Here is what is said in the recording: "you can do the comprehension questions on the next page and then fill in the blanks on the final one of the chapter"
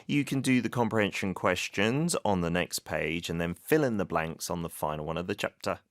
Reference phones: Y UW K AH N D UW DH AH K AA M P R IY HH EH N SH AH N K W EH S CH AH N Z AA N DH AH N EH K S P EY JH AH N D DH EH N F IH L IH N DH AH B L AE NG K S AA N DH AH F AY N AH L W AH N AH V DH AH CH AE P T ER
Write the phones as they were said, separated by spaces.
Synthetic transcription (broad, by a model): Y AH K AH N D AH DH AH K AA M P R IY HH EH N SH AH N K W EH S CH AH N Z N DH AH N EH K S P EY JH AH N DH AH N F IH L IH N DH AH B L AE NG K S N DH AH F AY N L W AH N AH V DH AH CH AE P T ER